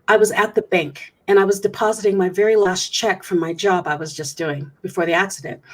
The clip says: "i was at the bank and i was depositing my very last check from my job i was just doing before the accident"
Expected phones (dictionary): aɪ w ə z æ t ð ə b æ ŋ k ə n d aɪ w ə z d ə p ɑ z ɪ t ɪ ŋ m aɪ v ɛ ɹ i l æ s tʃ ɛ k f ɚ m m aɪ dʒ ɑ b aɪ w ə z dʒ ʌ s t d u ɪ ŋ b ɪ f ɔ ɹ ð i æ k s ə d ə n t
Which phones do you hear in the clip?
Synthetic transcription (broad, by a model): aɪ w ə z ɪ t ð ə b æ ŋ k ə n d aɪ w ə z d ə p ɑ z ɪ t ɪ ŋ m aɪ v ɛ ɹ i l æ s tʃ ɛ k f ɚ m m aɪ dʒ ɑ b aɪ w ə z dʒ ʌ s d u ɪ ŋ b ɪ f ɔ ɹ ð i æ k s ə d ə n t